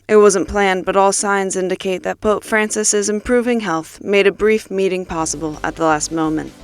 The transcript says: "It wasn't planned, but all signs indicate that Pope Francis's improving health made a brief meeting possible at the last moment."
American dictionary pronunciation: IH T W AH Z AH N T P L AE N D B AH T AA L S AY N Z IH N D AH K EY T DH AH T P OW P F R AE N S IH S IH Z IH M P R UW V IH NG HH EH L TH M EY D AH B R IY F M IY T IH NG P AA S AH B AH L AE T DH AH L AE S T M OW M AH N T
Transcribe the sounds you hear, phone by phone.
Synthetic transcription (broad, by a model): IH T W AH Z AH N P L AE N B AH T AA L S AY N Z IH N D AH K EY T DH AH T P OW P F R AE N S IH S IH Z IH M P R UW V IH NG HH EH L TH M EY D AH B R IY F M IY T IH NG P AA S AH B L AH T DH AH L AE S T M OW M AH N T